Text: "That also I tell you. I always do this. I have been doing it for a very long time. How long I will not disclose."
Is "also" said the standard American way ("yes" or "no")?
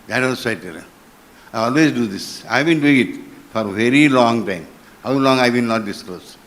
no